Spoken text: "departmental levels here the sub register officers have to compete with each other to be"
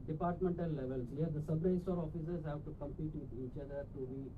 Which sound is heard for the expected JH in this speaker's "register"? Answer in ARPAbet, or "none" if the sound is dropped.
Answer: none